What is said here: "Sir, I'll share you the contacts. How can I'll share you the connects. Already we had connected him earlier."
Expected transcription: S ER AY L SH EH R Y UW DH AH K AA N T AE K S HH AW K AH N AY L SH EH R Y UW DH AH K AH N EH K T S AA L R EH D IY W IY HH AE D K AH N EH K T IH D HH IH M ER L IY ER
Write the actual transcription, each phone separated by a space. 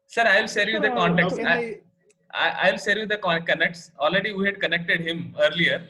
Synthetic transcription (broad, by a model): S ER AY L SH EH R Y UW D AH K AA N T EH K S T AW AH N AY L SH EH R Y UW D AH K AH N EH K T S AA L R EH D IY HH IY HH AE D K AH N EH K T IH D HH IH M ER L IY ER